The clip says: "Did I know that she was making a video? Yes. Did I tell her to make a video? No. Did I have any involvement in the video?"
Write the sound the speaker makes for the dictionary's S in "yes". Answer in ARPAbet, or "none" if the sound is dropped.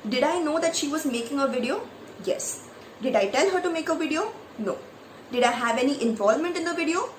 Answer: S